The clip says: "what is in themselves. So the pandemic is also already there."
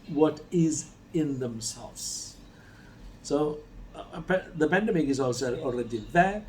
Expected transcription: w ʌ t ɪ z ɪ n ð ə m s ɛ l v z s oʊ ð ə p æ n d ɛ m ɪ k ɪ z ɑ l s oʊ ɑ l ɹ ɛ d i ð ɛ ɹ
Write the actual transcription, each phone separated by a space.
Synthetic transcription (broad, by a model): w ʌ t ɪ z ɪ n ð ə m s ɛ l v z s oʊ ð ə p æ n d ɛ m ɪ k ɪ z ɑ l s oʊ ɑ l ɹ ɛ d i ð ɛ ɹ